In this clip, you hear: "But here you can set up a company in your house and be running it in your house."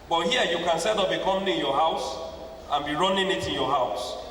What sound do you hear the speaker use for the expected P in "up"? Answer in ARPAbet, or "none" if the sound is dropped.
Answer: B